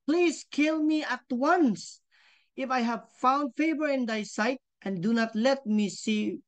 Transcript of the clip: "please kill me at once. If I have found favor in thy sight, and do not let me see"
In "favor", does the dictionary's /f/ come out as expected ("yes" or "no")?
yes